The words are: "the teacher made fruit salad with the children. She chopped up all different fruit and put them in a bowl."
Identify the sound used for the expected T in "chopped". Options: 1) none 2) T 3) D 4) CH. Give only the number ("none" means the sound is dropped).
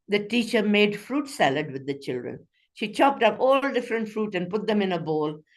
2